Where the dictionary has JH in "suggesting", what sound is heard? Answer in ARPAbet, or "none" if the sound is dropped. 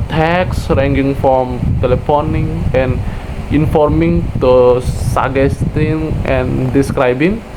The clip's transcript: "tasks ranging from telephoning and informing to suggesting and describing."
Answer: none